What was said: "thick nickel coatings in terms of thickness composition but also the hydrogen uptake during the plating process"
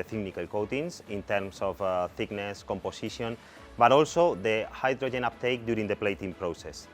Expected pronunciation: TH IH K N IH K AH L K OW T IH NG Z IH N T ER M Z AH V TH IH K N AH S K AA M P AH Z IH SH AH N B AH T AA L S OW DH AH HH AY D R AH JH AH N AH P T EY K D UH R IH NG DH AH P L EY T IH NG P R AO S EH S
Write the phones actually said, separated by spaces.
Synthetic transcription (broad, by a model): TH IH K N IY K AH L K OW T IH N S IH N T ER M S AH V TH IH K N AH S K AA M P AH S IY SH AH N B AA T AA L S OW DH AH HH AY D R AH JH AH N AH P T EY K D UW R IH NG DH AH P L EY T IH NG P R AO S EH S